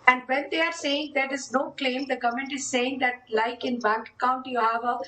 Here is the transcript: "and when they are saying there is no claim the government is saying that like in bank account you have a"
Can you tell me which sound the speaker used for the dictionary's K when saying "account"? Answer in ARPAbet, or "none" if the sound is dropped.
none